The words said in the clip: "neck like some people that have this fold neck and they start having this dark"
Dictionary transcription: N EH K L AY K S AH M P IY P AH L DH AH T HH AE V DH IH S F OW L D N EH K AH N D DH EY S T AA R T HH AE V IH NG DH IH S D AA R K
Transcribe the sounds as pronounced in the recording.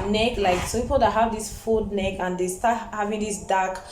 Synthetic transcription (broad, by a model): N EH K L AY K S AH P IY P AH L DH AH T HH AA V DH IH S F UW D N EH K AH N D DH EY S T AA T HH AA V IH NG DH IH S D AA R K